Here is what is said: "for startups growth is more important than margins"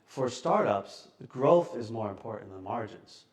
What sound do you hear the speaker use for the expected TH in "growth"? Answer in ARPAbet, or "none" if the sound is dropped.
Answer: TH